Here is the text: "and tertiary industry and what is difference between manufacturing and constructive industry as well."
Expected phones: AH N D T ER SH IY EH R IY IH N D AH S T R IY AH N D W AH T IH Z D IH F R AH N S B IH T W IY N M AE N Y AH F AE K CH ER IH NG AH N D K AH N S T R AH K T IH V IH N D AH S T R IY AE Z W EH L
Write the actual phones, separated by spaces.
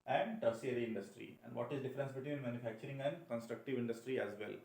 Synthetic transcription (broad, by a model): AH N D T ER S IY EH R IY IH N D AH S T R IY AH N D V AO T IH Z D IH F R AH N S B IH T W IY N M AE N Y AH F AE K CH ER IH NG AH N D K AH N S T R AH K T IH V IH N D AH S T R IY AE Z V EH L